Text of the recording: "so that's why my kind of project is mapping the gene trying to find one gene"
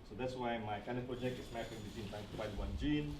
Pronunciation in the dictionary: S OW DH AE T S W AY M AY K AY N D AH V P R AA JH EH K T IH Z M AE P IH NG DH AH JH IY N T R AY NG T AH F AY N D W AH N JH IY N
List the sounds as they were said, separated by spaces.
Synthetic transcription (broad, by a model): S OW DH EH T S W AY M AY K AY N D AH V P R AA JH EH K T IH S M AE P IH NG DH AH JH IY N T AY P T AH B AY D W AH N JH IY N